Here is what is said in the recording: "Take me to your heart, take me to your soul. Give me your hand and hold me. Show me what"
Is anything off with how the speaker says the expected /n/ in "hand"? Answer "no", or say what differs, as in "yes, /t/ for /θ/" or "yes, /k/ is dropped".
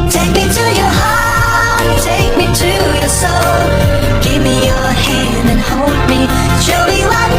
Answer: no